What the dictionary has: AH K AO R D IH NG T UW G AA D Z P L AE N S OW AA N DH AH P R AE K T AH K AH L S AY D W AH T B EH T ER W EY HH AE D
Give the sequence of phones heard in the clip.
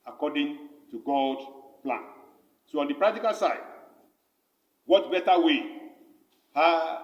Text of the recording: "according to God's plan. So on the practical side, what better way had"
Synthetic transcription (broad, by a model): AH K AO D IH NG T UW G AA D P L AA N S OW AA N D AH P R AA K T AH K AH L S AY D W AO T B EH T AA W EY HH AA